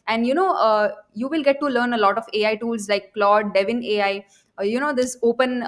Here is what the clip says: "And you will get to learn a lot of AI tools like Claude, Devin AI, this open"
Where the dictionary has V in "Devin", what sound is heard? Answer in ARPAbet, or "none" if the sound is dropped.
V